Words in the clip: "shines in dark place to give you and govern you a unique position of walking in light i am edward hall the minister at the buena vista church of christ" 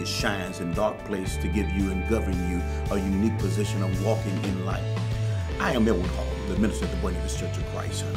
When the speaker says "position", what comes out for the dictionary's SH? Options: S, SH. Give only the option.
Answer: SH